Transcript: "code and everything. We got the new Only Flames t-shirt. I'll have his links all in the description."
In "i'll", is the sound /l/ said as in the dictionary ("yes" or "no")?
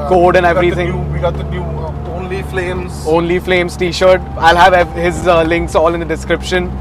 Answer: yes